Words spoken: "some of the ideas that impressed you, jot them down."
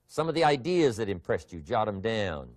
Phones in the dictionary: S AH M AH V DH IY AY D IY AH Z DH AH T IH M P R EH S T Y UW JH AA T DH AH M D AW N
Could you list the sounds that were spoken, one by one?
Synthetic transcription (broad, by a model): S AH M AH V DH IY AY D IY AH Z DH AH T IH M P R EH S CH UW JH AA T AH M D AW N